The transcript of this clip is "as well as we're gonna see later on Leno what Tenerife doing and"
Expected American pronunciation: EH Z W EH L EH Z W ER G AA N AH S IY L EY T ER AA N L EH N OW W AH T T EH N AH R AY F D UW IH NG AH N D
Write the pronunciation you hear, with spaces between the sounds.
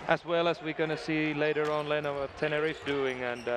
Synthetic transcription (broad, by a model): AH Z W EH L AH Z W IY G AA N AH S IY L EY T ER AA N L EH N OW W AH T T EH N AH R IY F D UW IH NG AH N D